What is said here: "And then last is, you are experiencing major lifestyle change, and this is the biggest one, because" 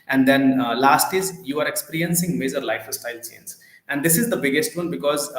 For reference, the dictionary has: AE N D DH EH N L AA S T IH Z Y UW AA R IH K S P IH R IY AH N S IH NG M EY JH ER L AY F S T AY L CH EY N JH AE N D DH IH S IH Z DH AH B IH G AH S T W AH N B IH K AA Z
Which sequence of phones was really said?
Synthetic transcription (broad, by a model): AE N D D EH N L AA S T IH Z Y UW AA R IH K S P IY R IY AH N S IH NG M EY JH ER L AY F S T AY L S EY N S AE N D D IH S IH Z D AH B IH G AH S T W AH N B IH K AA Z